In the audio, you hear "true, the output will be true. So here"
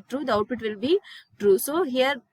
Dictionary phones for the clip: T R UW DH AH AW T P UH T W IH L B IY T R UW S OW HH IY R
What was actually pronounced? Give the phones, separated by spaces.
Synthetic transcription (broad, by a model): T R UW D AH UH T F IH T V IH L B IY T R UW S OW HH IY R